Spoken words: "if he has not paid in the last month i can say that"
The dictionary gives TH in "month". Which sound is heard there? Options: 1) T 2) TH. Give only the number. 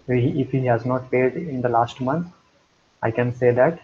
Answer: 1